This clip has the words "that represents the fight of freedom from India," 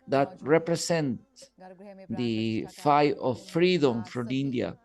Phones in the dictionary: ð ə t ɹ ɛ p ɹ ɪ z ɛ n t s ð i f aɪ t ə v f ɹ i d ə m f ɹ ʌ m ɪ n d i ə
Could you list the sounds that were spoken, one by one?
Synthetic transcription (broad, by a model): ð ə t ɹ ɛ p ɹ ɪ s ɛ n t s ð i f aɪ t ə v f ɹ i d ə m f ɹ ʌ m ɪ n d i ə